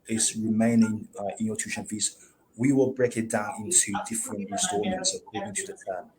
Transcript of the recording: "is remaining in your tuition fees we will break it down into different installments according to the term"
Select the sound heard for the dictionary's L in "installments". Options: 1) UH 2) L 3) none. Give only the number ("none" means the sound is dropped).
3